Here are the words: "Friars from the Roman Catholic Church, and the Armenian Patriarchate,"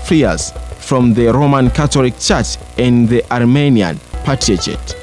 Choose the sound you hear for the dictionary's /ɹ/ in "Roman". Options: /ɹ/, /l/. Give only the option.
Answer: /ɹ/